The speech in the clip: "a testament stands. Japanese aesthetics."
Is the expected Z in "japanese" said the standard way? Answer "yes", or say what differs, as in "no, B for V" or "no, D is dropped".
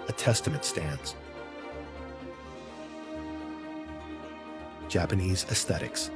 yes